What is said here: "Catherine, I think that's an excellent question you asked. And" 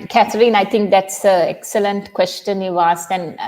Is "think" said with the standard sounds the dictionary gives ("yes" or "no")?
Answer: no